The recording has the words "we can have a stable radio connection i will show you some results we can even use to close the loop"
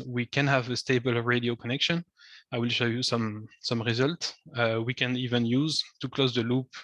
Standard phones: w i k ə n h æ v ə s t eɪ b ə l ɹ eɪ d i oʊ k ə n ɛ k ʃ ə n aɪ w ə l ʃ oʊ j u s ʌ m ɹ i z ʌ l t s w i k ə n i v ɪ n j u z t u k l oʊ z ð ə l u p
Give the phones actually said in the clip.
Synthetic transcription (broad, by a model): w i k ə n h æ v ə s t eɪ b ə l ɹ eɪ d i oʊ k ə n ɛ k ʃ ə n aɪ w ə l ʃ oʊ j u s ʌ m ɹ i z ʌ l t s w i k ə n i v ɪ n j u z t u k l oʊ z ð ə l u p